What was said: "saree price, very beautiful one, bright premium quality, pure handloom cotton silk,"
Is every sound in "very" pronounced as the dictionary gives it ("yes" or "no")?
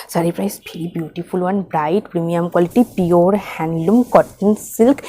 no